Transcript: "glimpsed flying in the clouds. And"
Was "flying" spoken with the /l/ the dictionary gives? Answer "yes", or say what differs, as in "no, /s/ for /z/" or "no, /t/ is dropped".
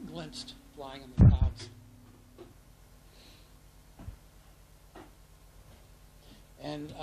yes